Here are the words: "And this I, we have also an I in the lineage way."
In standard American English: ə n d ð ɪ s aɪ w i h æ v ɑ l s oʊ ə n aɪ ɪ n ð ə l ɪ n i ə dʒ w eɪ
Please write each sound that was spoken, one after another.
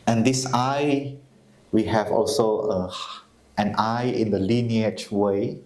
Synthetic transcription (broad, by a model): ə n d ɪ s aɪ w i h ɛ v ɑ l s oʊ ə n aɪ ɪ n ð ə l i n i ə tʃ w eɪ